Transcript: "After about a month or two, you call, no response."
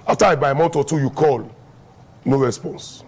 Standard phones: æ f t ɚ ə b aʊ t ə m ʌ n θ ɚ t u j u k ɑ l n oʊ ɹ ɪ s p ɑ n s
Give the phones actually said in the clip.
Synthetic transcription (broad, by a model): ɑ f t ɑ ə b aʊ ə m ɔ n t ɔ t u j u k ɑ l n oʊ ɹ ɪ s p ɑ n s